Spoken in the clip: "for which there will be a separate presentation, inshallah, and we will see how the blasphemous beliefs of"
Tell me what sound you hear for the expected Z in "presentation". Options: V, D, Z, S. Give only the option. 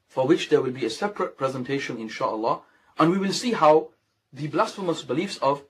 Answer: Z